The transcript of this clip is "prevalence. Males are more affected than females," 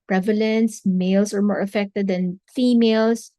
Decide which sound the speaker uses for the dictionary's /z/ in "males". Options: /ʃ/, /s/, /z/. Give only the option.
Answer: /s/